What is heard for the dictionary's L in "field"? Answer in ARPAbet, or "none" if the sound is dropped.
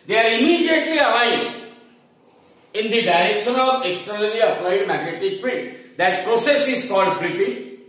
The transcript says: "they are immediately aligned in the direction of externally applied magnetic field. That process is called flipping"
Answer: none